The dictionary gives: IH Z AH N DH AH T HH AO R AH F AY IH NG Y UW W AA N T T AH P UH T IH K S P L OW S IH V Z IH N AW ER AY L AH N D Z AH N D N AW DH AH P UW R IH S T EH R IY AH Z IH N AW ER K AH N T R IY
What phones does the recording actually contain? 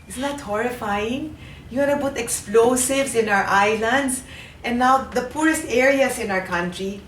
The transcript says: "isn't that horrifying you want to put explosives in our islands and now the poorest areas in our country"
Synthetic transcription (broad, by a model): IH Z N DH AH T HH AO R AH F AY IH NG Y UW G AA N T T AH P UH T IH K S P L OW S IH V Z IH N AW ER AY L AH N D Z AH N N AW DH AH P UW R IH S T EH R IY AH S IH N AW ER K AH N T R IY